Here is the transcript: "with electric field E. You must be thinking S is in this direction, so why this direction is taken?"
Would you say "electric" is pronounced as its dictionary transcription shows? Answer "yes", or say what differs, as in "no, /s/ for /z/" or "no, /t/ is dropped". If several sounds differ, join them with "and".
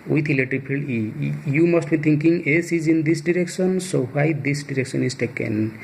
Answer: no, /k/ is dropped and /ɹ/ is dropped